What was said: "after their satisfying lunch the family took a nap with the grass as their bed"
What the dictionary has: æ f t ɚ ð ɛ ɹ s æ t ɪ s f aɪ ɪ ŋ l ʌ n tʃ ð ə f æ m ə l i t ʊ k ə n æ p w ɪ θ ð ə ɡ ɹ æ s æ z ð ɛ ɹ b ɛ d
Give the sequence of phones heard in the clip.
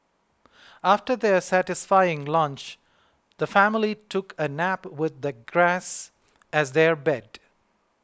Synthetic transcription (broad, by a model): æ f t ɚ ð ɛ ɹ s æ t ɪ s f aɪ ɪ ŋ l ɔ n tʃ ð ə f æ m ə l i t ʊ k ə n æ p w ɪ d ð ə ɡ ɹ æ s æ z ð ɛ ɹ b ɛ d